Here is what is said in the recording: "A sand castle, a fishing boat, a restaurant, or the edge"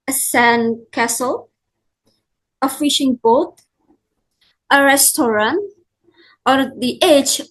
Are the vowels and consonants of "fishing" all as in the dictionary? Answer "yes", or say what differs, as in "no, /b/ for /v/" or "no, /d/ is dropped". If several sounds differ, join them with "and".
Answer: yes